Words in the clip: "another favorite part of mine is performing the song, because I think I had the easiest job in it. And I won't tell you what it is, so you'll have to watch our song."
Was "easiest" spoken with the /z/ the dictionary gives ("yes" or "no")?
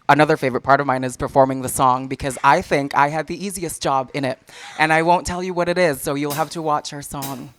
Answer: yes